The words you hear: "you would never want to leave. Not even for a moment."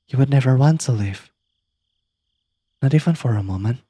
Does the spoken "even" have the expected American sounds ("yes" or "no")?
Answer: no